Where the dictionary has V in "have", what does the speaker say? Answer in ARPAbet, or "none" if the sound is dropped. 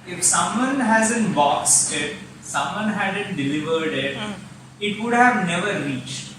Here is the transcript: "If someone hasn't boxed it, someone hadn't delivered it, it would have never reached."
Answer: V